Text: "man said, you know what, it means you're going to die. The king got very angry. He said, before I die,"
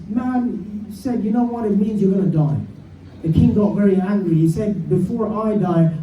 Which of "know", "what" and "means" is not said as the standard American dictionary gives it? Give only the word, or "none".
none